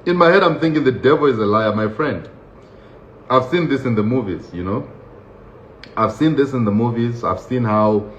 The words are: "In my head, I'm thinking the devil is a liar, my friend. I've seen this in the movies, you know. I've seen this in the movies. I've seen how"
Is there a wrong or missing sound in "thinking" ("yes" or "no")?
no